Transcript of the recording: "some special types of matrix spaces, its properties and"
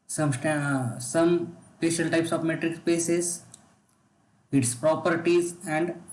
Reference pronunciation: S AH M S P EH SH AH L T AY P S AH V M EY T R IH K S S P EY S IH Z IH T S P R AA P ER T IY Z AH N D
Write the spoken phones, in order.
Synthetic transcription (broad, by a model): S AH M S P EH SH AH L T AY P S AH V M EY T R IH K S S P EY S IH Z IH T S P R AA P ER T IY Z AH N D